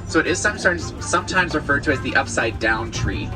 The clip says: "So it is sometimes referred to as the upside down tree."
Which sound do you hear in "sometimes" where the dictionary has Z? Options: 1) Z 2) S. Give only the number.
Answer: 1